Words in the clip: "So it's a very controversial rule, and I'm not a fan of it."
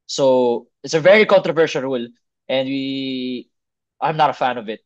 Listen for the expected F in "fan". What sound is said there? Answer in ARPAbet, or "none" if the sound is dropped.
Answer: F